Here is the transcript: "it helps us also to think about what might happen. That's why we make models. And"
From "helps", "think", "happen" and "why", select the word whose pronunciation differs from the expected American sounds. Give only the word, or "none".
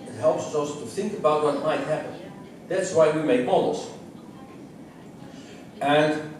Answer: none